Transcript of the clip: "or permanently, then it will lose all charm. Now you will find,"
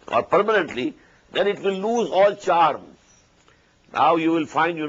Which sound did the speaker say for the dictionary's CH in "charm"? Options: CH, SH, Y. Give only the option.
CH